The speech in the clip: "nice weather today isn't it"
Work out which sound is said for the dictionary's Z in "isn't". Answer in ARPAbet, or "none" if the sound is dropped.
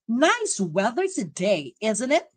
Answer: Z